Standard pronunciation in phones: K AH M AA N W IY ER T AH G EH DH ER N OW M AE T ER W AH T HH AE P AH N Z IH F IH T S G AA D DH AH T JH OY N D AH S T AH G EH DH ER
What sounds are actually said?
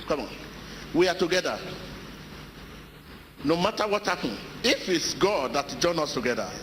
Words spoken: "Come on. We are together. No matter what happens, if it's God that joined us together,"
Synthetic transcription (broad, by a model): K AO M AA N W IY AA T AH G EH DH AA N OW M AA T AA W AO T HH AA P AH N IH F IH T S G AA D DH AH T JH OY N AO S T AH G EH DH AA